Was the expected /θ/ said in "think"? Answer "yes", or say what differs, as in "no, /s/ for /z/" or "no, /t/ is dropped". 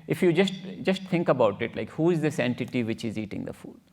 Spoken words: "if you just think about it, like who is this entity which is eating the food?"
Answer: no, /t/ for /θ/